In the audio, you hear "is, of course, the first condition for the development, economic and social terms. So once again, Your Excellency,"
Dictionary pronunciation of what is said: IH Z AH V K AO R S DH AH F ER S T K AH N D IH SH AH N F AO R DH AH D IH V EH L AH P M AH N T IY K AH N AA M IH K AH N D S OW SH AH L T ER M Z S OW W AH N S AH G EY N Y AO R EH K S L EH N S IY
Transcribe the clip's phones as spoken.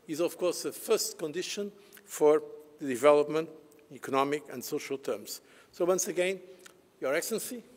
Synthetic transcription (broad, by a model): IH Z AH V K AO R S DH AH F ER S T K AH N D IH SH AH N F AO R DH AH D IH V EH L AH P M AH N T IY K AH N AA M IH K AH N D S OW SH AH L T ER M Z S OW W AH N S AH G EY N Y AO R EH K S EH N S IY